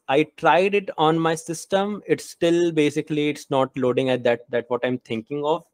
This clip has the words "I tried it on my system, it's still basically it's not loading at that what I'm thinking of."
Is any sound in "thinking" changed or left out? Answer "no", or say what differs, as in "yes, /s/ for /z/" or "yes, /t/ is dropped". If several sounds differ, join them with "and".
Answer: yes, /t/ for /θ/